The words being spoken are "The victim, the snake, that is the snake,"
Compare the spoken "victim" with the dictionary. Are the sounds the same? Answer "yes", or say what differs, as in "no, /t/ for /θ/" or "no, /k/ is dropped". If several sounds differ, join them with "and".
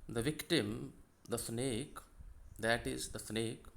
yes